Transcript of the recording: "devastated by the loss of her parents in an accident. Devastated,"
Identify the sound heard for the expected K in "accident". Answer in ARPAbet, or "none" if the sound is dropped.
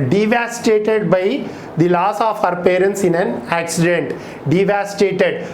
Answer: K